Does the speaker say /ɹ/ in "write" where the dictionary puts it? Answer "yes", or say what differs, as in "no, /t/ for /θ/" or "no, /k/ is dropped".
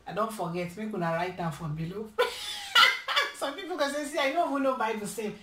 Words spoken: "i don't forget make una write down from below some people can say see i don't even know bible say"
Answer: yes